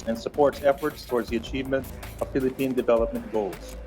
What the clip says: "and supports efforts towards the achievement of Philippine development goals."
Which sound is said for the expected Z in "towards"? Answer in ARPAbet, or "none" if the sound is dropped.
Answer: Z